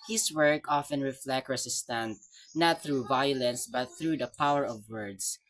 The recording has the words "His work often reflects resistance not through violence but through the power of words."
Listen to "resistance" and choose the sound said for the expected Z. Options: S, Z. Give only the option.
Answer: S